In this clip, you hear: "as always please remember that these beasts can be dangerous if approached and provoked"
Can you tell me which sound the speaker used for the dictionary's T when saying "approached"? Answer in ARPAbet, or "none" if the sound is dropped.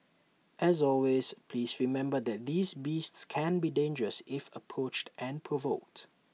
T